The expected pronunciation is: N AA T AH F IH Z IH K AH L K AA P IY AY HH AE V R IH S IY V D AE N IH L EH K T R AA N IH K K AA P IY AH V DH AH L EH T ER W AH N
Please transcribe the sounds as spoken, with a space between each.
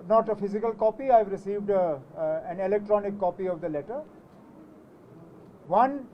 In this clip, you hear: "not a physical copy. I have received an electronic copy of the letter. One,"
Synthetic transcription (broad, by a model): N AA T AH F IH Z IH K AH L K AA P IY AY V R IH S IY V D AE N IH L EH K T R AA N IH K K AA P IY AH V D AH L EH T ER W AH N